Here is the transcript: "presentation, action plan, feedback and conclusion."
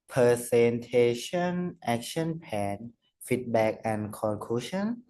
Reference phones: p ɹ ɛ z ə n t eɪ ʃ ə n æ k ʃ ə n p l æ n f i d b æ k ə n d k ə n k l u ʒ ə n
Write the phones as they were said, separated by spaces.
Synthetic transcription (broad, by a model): p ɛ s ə n t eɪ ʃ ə n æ k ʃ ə n p æ n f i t b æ k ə n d k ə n k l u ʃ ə n